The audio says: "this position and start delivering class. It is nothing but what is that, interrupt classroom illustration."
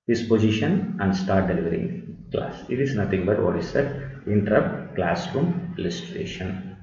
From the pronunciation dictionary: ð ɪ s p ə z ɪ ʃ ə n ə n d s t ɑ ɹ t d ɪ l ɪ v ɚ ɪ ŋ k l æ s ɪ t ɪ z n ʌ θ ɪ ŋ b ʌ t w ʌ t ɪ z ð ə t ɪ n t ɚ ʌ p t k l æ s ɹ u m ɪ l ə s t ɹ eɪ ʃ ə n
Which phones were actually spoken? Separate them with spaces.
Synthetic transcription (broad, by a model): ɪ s p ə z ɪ ʃ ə n ə n d s t ɑ ɹ t d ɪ l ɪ v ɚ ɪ ŋ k l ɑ s ɪ t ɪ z n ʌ t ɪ ŋ b ʌ t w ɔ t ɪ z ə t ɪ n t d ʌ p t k l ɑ s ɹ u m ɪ l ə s t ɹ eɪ ʃ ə n